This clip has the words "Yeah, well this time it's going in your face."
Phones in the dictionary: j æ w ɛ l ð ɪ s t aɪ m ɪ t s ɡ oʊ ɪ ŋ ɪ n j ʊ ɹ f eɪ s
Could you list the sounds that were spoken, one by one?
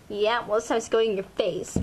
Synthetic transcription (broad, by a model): j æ w ɛ l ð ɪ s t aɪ ɪ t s ɡ oʊ ɪ ŋ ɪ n j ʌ ɹ f eɪ s